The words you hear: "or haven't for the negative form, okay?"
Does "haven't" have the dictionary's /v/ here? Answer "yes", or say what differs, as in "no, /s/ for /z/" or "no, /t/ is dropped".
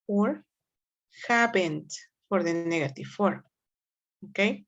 no, /b/ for /v/